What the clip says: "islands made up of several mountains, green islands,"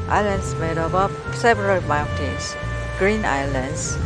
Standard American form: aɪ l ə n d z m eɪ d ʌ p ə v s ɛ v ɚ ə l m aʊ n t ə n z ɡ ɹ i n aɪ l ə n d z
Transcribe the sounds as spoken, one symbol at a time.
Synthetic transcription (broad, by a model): aɪ l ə n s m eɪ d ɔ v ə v s ɛ v ɚ ə l m aʊ n t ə n s ɡ ɹ i n aɪ l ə n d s